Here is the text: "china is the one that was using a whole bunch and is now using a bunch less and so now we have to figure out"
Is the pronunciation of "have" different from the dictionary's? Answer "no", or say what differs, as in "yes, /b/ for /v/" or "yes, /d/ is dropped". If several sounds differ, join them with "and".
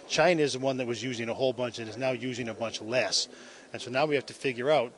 yes, /f/ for /v/